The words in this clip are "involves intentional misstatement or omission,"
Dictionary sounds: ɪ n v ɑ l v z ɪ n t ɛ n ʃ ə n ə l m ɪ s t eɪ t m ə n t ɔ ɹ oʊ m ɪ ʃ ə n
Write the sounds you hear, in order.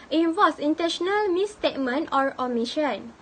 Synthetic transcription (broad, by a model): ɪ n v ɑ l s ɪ n t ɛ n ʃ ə n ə l m ɪ s t eɪ t m ə n t ɔ ɹ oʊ m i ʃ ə n